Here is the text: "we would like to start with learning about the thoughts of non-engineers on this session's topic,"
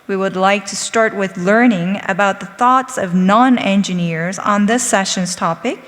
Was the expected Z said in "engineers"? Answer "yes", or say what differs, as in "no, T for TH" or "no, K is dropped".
yes